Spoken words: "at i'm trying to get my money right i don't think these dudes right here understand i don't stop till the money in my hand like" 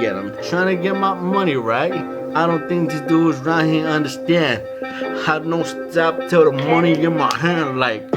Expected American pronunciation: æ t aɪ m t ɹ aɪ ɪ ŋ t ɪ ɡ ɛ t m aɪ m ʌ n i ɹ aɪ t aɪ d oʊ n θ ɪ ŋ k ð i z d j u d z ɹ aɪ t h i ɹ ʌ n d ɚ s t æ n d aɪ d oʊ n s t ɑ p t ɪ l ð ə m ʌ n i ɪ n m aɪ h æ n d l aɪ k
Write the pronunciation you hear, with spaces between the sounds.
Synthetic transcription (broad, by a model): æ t aɪ m t ɹ aɪ ɪ ŋ t ɪ ɡ ɛ t m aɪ m ʌ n i ɹ aɪ t aɪ d oʊ n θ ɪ ŋ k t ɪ d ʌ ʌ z ɹ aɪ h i ʌ n d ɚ s t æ n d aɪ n oʊ s t ɑ p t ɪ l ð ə m ʌ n i ɪ n m aɪ h æ n d l aɪ k